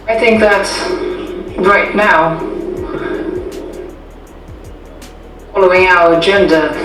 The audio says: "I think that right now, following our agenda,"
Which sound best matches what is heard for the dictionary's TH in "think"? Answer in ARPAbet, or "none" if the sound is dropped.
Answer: TH